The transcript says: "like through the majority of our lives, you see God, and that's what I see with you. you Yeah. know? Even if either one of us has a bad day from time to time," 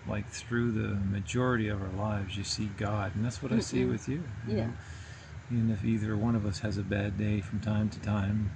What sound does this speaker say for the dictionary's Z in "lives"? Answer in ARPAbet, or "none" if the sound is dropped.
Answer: Z